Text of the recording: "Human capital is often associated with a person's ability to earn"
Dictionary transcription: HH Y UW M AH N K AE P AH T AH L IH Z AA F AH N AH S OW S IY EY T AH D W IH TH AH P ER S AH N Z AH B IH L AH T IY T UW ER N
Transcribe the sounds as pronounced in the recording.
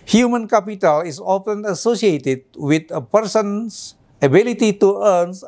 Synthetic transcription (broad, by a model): HH Y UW M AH N K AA P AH T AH L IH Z AA F AH N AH S OW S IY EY T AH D W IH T AH P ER S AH N S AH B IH L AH T IY T UW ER N